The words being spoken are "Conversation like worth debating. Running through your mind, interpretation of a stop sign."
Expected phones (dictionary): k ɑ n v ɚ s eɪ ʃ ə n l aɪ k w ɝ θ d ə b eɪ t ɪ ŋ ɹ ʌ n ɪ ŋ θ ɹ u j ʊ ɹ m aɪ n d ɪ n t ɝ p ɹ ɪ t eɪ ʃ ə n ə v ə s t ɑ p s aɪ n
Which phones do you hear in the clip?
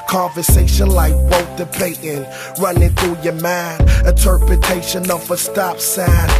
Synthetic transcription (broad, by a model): k ɑ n v ɚ s eɪ ʃ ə n l aɪ k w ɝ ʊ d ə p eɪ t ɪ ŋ ɹ ʌ n ɪ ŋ θ ɹ u j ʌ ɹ m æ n ɪ n t ɝ p ɹ ɪ t eɪ ʃ ə n ə v ə s t ɑ p s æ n